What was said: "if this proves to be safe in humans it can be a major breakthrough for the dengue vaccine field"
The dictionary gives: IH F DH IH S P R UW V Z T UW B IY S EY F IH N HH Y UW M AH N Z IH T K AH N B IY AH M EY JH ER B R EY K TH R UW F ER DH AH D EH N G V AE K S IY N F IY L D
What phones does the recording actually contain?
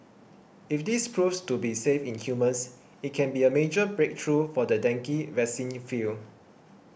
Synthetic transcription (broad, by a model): IH F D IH S P R UW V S T UW B IY S EY F IH N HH Y UW M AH N S IH T K AH N B IY AH M EY JH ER B R EY K T R UW F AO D AH D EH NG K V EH S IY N F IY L